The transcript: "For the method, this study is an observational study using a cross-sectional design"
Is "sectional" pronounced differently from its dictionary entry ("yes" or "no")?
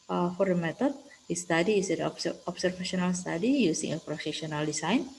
yes